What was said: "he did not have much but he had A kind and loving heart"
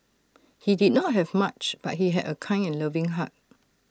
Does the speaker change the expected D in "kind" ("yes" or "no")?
yes